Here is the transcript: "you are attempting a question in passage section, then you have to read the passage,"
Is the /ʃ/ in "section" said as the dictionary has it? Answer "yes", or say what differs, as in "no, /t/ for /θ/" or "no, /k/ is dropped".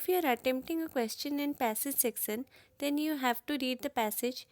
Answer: no, /s/ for /ʃ/